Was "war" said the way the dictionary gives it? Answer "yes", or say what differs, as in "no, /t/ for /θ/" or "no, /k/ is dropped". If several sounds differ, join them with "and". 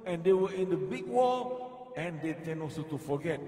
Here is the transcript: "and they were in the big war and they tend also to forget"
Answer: no, /l/ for /ɹ/